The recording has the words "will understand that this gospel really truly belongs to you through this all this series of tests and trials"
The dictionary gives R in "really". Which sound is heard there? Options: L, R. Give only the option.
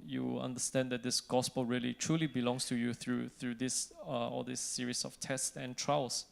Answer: R